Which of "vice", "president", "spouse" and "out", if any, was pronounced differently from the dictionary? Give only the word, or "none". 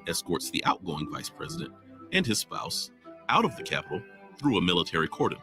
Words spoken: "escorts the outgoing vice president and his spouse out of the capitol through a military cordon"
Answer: none